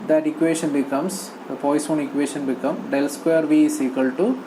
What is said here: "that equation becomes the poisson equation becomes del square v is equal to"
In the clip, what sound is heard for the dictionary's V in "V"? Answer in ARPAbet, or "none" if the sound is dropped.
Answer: V